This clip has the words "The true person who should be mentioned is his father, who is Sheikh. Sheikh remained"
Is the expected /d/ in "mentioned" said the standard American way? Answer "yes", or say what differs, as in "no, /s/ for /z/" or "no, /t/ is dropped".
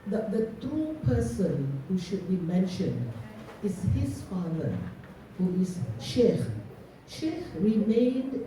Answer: yes